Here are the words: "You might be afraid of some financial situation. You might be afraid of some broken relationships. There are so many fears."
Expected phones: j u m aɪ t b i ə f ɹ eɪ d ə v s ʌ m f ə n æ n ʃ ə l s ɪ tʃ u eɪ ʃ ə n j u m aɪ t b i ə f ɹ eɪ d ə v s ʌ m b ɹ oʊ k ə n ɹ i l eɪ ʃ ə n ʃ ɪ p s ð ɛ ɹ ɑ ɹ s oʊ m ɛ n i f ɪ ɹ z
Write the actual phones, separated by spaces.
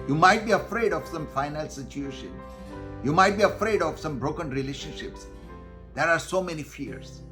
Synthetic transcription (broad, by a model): j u m aɪ t b i ə f ɹ eɪ d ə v s ʌ m f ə ɪ n ə l s ɪ tʃ u eɪ ʃ ə n j u m aɪ t b i ə f ɹ eɪ d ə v s ʌ m b ɹ oʊ k ə n ɹ i l eɪ ʃ ə n ʃ ɪ p s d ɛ ɹ ɑ ɹ s oʊ m ɛ n i f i ɹ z